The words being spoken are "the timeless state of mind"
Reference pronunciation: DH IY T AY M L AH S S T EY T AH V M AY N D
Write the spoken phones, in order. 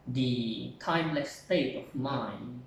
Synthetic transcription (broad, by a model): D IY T AY M L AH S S T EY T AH F M AY N